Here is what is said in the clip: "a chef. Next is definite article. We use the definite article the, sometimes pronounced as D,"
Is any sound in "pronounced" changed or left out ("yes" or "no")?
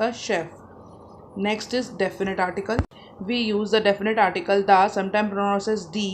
yes